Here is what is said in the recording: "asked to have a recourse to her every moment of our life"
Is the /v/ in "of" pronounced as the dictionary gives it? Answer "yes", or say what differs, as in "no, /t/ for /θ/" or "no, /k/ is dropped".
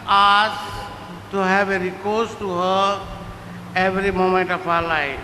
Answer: no, /p/ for /v/